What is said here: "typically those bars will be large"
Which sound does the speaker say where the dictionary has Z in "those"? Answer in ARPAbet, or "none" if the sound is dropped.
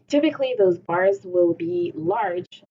Z